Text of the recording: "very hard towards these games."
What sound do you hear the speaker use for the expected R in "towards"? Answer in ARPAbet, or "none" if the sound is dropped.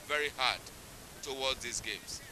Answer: L